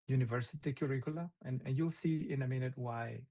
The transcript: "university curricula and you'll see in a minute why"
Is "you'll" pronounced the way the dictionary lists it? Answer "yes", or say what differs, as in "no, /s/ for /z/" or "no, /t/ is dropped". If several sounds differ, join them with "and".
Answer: yes